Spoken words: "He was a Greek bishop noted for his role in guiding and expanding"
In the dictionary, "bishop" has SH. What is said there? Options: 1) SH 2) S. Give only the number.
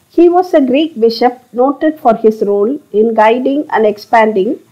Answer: 1